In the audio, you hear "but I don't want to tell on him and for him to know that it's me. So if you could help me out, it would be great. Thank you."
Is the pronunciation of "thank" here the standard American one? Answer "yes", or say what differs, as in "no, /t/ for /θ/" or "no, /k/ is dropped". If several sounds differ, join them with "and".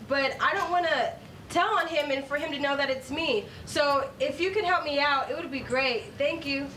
yes